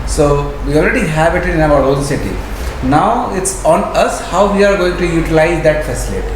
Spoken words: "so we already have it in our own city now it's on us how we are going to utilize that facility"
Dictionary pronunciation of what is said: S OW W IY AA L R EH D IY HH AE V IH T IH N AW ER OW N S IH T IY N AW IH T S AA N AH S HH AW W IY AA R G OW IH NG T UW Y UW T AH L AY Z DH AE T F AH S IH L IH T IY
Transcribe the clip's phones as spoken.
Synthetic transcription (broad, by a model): S OW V IY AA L R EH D IY HH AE B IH T IH N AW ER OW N S IH T IY N AW IH T S AA N AH S HH AW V IY AA R G OW IH NG T UW Y UW T AH L AY Z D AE T F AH S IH L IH T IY